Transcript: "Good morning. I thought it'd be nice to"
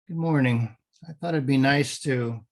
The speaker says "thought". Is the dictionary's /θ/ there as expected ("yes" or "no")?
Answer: yes